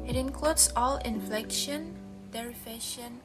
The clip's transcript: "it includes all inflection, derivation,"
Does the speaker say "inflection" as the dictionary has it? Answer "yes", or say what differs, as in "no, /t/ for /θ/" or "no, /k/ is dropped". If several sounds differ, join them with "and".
yes